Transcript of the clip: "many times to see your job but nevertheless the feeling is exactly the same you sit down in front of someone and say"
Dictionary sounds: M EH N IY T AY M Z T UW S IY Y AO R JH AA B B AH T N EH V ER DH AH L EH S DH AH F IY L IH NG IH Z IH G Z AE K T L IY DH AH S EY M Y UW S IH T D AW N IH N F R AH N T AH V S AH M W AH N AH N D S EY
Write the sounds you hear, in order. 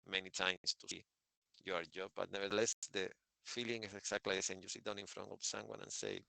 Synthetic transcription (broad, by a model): M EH N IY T AY M S T UW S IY Y AO R JH AA B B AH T N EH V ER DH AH L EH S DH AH F IY L IH NG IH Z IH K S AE K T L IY DH AH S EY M Y UW S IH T D AW N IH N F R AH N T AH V S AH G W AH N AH N S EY